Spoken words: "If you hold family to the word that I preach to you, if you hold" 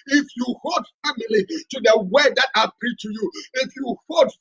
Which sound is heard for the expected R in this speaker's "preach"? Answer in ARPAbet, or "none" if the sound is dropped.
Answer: none